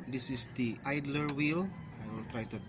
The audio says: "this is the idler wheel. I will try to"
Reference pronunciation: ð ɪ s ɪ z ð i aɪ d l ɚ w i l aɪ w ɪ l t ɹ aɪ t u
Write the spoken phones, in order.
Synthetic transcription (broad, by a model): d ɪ s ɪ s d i aɪ d l ɚ w i l aɪ w ɪ l t ɹ aɪ t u